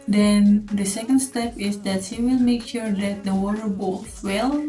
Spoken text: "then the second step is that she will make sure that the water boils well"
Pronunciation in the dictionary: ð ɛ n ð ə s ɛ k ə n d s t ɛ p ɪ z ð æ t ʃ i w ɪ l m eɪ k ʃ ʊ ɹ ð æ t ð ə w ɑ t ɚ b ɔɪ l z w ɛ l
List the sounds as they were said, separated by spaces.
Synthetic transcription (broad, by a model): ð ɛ n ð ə s ɛ k ə n d s t ɛ p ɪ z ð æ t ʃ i w ɪ l m eɪ k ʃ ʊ ɹ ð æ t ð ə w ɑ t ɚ b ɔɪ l w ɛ l